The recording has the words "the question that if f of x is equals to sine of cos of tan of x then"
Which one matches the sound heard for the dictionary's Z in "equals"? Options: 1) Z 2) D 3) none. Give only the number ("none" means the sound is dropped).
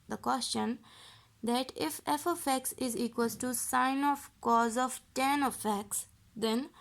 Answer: 3